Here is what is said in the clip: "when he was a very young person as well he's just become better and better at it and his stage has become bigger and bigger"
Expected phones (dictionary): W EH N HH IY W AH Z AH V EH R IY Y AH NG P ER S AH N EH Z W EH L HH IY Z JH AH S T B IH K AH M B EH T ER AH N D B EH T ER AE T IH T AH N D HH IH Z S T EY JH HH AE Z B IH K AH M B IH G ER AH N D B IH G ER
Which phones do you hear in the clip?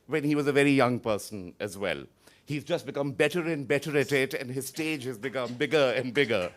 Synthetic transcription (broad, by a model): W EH N HH IY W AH Z AH V EH R IY Y AH NG P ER S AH N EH Z W EH L HH IY Z JH AH S T B IH K AH M B EH T ER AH N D B EH T ER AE T IH T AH N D HH IH Z S T EY JH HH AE Z B IH K AH M B IH G ER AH N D B IH G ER